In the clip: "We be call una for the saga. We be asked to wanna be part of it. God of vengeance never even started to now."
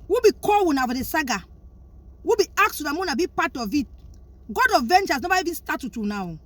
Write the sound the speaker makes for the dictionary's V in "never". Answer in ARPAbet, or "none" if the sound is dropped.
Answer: B